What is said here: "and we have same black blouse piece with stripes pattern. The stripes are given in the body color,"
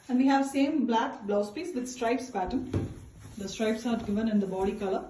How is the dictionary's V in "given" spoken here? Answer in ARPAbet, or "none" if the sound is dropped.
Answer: V